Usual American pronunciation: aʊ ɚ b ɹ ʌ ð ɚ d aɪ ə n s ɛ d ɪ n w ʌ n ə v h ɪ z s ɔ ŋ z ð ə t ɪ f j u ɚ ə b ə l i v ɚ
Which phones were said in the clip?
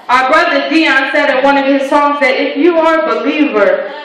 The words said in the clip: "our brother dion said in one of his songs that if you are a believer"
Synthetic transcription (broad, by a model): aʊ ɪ b ɹ ʌ ð ɚ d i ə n s ɛ d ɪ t w ʌ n ə v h ɪ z s ɔ ŋ z ð ə t ɪ f j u ɚ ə b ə l i v ɚ